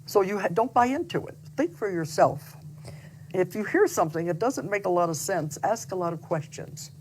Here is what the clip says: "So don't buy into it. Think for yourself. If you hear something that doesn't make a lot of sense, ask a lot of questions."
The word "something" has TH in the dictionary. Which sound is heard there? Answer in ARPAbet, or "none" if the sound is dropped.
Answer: TH